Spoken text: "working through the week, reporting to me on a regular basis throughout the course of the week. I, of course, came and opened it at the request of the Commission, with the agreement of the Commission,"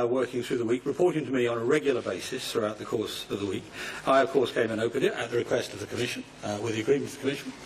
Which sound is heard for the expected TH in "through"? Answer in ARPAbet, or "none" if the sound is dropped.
TH